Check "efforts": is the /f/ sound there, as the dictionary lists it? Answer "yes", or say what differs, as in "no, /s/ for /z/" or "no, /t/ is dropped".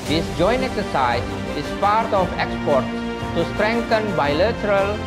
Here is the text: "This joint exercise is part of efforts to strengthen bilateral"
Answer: no, /p/ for /f/